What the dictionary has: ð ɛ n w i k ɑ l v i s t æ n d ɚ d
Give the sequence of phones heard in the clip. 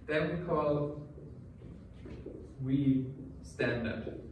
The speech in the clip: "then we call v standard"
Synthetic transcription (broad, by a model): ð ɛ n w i k ɑ l w i s t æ n d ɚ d